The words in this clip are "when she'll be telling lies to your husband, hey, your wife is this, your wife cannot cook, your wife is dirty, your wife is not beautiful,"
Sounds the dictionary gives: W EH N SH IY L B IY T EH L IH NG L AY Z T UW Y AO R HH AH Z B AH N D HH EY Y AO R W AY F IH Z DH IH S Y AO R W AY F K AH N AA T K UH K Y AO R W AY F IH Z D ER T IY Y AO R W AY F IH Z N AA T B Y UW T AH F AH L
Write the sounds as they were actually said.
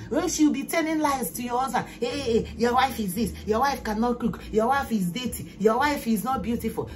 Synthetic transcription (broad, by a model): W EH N SH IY W B IY T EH N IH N L AY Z T UW Y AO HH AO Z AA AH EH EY Y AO W AY F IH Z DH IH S Y AO W AY F K AH N AA T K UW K Y AO W AY F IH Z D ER T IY Y AO W AY F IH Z N AA T B Y UW T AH F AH L